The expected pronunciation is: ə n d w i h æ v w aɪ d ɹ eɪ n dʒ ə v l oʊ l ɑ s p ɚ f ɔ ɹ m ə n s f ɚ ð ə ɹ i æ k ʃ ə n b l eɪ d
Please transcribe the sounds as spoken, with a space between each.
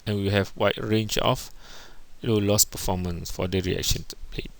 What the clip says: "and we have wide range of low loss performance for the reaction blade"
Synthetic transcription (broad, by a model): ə n w i h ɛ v w aɪ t ɹ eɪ n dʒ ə f l oʊ l ɑ s p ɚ f ɔ m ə n s f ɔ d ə ɹ i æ k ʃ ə n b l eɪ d